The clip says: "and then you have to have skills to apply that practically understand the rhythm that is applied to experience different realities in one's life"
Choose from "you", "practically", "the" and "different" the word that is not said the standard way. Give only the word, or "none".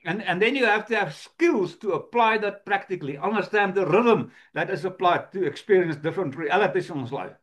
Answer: none